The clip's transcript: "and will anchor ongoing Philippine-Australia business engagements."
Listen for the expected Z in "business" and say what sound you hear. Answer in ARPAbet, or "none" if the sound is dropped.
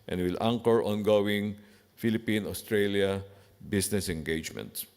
S